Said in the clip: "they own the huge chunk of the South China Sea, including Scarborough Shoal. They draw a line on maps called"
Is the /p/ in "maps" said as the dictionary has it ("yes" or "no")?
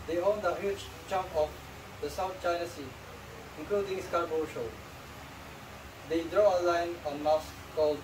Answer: no